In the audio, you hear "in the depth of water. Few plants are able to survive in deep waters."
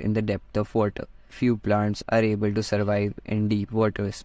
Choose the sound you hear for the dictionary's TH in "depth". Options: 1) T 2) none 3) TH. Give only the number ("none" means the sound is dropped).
1